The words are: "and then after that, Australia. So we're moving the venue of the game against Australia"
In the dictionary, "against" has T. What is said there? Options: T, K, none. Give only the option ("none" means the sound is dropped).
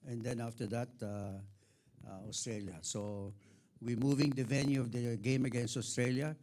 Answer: T